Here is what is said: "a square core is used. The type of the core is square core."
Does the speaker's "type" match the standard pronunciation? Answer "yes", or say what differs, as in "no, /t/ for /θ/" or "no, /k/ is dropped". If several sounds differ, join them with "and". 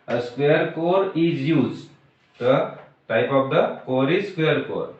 yes